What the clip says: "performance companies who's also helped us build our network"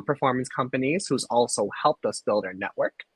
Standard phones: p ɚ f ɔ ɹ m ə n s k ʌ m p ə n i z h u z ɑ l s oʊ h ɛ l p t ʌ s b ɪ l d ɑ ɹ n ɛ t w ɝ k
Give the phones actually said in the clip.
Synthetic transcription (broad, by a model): p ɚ f ɔ ɹ m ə n s k ʌ m p ə n i z h u z ɑ l s oʊ h ɛ l p t ʌ s b ɪ l d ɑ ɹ n ɛ t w ɝ k